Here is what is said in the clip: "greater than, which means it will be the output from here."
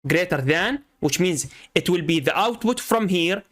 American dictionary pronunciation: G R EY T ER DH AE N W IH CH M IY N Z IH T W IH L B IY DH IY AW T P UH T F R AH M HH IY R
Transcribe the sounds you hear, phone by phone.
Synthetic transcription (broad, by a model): G R EY T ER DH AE N W IH CH M IY N Z IH T W IH L B IY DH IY AW T P UH T F R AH M HH IY R